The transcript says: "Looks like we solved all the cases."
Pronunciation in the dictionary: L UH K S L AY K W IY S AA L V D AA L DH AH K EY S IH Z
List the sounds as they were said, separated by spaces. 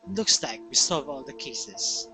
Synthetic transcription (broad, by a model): L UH K S L AY K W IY S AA V AA L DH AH K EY S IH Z